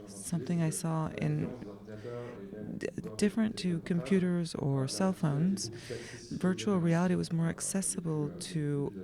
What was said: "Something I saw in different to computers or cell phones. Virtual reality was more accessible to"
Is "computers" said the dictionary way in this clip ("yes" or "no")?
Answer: yes